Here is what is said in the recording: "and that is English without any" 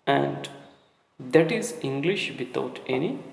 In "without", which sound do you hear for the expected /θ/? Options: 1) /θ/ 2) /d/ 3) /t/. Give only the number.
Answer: 3